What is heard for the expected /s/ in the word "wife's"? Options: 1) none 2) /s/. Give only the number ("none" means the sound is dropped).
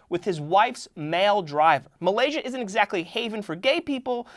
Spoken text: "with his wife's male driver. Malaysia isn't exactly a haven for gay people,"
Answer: 2